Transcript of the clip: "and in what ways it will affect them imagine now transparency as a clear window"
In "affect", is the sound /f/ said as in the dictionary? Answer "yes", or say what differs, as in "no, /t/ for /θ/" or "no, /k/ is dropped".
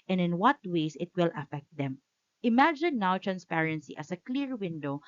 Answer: yes